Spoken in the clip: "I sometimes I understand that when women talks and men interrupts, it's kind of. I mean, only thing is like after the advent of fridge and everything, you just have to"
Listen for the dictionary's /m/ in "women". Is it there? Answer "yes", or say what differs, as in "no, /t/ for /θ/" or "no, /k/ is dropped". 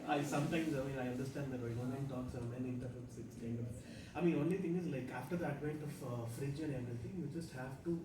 no, /m/ is dropped